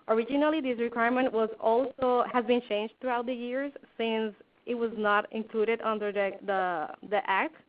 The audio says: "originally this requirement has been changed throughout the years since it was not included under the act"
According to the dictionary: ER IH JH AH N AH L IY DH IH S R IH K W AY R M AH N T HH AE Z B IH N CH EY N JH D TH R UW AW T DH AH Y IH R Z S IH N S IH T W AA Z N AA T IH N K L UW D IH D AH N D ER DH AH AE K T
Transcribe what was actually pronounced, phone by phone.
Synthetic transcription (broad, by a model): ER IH JH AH N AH L IY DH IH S R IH K W AY R M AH N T HH AE Z B IH N CH EY N JH D T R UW AW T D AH Y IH R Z S IH N S IH T W AA Z N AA T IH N K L UW D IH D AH N D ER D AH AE K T